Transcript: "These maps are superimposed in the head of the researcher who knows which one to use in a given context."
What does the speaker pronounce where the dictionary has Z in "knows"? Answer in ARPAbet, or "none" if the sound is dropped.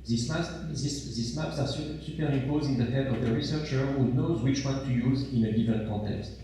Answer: Z